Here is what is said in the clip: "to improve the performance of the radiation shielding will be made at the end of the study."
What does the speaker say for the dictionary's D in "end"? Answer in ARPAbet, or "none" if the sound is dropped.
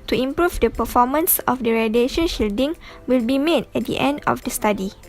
D